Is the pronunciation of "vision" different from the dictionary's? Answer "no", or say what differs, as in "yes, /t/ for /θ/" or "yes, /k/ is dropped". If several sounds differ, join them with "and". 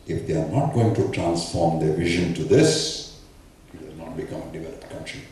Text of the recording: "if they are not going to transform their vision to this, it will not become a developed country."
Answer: no